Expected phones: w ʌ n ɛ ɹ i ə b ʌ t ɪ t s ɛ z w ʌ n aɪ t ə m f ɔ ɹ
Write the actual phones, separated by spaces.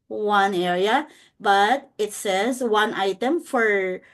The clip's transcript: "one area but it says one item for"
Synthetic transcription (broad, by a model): w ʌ n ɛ i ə b ʌ t ɪ t s ɛ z w ʌ n aɪ t ə m f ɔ ɹ